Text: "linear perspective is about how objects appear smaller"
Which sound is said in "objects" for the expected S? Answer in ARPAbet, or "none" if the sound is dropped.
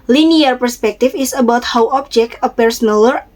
none